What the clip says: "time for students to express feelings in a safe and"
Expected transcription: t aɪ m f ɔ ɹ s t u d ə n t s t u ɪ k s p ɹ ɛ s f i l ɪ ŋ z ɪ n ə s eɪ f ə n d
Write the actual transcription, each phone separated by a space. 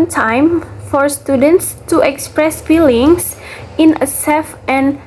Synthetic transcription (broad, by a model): t aɪ m f ɔ ɹ s t u d ə n t s t u ɪ k s p ɹ ɛ s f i l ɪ ŋ s ɪ n ə s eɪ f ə n